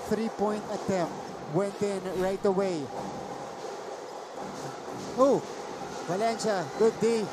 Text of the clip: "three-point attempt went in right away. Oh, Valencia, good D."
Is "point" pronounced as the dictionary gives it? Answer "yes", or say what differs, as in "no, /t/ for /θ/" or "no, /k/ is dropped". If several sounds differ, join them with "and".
yes